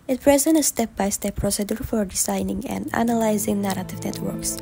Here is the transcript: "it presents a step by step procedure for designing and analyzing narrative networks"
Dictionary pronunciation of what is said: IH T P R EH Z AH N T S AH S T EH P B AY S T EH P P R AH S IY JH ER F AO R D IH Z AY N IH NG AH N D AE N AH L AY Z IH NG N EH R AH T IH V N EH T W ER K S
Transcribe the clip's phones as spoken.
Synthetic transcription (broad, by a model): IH T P R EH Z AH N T AH S T EH P B AY S T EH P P R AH S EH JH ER F AO R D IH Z AY N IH NG AH N D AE N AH L AY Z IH NG N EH R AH T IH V N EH T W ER K S